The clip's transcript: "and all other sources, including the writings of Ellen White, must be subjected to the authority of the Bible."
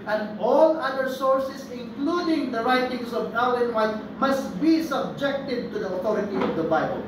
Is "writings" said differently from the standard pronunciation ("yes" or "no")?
yes